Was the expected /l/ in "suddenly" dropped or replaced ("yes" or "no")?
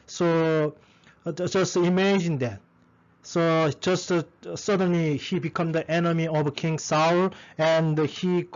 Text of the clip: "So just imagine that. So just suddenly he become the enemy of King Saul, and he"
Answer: no